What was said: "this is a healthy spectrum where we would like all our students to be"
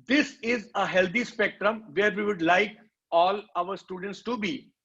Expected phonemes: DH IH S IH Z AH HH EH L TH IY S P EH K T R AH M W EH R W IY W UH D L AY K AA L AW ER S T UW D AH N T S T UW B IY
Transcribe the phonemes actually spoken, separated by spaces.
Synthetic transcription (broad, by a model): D IH S IH Z AH HH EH L T IY S P EH K T R AH M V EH R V IY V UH D L AY K AA L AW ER S T UW D AH N T S T UW B IY